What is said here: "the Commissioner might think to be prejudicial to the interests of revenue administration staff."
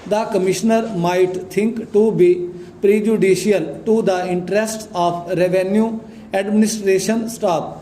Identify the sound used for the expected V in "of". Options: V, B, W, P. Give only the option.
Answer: P